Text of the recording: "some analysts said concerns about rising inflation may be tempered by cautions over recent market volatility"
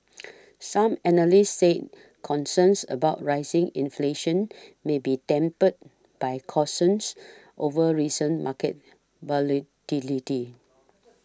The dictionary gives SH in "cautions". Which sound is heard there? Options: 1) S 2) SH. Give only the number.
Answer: 1